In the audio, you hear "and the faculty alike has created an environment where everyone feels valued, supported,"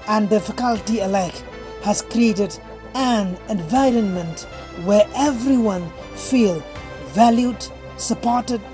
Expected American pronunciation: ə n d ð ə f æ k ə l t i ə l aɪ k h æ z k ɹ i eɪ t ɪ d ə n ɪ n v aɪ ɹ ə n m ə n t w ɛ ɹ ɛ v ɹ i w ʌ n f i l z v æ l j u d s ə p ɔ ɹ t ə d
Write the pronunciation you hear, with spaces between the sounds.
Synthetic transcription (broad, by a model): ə n d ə f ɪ k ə l t i ə l aɪ k h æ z k ɹ i eɪ t ɪ d ə n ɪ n v aɪ ɹ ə n m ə n t w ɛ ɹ ɛ v ɹ i w ʌ n f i l v æ l j u d s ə p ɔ ɹ t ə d